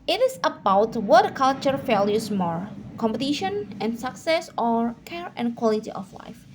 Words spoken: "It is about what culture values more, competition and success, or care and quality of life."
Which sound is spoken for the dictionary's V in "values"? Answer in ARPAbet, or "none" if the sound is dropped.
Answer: F